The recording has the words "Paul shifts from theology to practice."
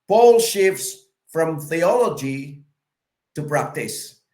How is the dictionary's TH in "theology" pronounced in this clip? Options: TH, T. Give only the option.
TH